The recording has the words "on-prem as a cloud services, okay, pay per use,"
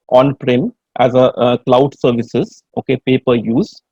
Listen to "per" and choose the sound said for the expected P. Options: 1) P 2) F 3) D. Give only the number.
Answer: 1